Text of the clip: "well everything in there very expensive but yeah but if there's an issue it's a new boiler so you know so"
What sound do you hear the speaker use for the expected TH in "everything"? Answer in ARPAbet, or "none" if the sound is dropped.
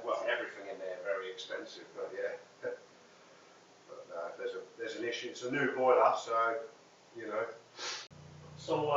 TH